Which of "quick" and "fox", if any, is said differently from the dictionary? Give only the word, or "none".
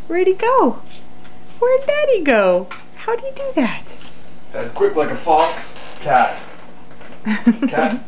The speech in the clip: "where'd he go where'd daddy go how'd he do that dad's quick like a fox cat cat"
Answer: none